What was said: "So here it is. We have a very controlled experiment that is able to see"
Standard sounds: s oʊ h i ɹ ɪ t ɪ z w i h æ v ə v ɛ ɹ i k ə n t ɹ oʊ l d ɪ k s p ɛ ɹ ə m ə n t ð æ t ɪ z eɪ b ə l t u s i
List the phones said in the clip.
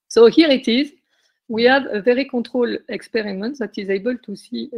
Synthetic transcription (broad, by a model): s oʊ h i ɹ ɪ t ɪ z w i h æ v ə v ɛ ɹ i k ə t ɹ oʊ l ɪ k s p ɛ ɹ ə m ə n t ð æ t ɪ z eɪ b ə l t u s i